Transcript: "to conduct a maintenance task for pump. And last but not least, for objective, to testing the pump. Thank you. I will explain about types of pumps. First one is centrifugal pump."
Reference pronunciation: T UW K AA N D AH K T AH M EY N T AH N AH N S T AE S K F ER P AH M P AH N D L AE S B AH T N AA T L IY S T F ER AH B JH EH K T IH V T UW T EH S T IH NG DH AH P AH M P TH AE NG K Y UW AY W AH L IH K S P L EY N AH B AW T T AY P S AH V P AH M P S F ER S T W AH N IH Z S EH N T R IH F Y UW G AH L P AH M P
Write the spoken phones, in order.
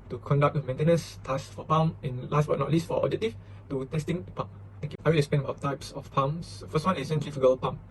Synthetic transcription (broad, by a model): T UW K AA N D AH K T AH M EY N T AH N AH N S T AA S F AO P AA M AH N L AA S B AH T N AA T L IY S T F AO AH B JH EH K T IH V T UW T EH S T IH NG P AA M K AY W AH L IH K S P EY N AH B AW T T AY P S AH F P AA M S F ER S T W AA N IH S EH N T R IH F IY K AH L P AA M